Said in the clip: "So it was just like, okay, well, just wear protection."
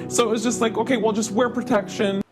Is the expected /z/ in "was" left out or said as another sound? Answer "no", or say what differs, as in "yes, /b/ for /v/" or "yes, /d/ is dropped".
no